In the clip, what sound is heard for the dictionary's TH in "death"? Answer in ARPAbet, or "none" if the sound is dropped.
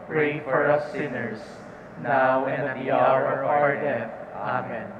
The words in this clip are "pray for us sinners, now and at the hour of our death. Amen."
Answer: F